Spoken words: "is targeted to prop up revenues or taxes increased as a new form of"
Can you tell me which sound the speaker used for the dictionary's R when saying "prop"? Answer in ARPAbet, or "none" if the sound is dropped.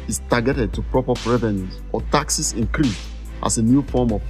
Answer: R